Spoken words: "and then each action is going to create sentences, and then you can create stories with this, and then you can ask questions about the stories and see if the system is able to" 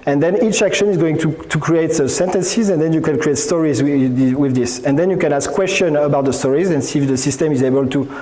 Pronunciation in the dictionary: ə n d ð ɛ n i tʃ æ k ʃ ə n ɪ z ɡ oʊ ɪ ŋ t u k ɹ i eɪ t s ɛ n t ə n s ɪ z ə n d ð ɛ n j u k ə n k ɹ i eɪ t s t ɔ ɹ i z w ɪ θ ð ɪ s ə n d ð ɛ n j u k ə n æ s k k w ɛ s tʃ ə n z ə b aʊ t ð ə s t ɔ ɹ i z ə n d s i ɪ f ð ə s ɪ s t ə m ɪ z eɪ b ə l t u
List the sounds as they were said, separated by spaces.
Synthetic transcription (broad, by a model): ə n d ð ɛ n i tʃ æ k ʃ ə n ɪ z ɡ oʊ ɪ ŋ t u k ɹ i eɪ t s ɛ n t ə n s ɪ z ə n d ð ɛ n j u k ə n k ɹ i eɪ t s t ɔ ɹ i z w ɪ ð ɪ s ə n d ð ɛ n j u k ə n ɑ s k k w ɛ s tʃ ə n ə b aʊ t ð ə s t ɔ ɹ i z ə n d s i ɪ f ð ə s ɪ s t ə m ɪ z eɪ b ə l t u